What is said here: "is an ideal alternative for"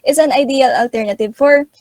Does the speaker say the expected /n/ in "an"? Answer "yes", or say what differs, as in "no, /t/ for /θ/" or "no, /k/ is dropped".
yes